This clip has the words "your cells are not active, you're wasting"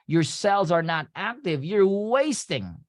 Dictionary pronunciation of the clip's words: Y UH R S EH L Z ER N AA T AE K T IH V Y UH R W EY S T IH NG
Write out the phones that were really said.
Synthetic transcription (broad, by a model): Y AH R S EH L Z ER N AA T AE K T IH V Y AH R W EY S T IH NG